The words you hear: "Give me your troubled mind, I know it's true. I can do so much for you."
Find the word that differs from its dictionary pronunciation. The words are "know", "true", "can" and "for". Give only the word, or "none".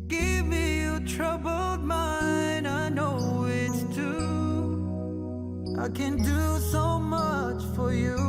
true